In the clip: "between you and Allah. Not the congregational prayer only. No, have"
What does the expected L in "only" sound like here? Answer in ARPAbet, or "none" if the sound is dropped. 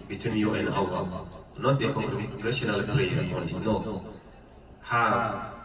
none